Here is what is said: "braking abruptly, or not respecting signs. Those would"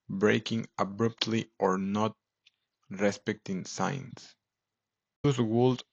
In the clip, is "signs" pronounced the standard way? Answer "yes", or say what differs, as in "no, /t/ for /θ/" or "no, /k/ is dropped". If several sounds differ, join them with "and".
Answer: no, /s/ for /z/